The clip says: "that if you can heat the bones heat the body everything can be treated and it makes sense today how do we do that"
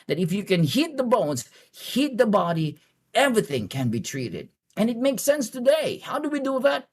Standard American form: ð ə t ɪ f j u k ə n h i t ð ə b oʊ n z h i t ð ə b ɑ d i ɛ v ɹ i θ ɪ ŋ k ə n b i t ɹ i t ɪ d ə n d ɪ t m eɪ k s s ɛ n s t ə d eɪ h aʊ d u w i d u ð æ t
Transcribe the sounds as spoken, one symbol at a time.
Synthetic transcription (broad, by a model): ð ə t ɪ f j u k ə n h i t ð ə b oʊ n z h i t ð ə b ɑ d i ɛ v ɹ i θ ɪ ŋ k ə n b i t ɹ i t ɪ d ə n ɪ t m eɪ k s s ɛ n s t ə d eɪ h aʊ d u w i d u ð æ t